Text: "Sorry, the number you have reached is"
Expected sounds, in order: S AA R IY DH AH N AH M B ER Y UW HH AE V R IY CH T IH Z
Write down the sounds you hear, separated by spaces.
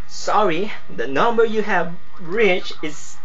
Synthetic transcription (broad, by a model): S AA R IY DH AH N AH M B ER Y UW HH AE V R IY CH IH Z